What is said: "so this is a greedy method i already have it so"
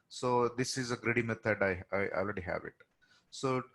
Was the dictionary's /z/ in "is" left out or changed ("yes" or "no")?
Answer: no